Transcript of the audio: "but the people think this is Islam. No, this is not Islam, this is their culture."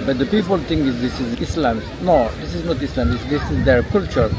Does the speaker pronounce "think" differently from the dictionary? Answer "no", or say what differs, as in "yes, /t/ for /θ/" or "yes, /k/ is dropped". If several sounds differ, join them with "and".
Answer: yes, /t/ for /θ/